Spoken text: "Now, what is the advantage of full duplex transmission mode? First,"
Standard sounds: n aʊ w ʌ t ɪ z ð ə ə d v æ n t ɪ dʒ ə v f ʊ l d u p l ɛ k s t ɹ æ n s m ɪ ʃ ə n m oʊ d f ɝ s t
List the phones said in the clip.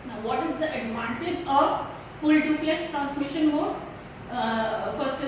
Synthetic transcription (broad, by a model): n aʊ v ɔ t ɪ z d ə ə d v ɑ n t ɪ dʒ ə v f ʊ l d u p l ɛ s t ɹ æ n s m ɪ ʃ ə n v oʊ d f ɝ s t